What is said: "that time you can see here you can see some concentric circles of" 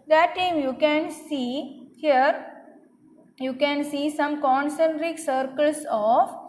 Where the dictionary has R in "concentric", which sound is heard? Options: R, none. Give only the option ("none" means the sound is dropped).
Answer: R